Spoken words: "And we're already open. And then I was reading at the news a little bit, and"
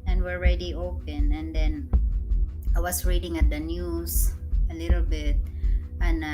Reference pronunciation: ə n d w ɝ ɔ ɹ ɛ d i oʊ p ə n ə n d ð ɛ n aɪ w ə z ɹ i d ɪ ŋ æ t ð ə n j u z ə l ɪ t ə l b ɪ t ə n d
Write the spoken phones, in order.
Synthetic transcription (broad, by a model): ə n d w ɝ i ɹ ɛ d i oʊ p ə n ə n d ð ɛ n aɪ w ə s ɹ i d ɪ ŋ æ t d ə n j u s ə l ɪ t ə l b ɪ t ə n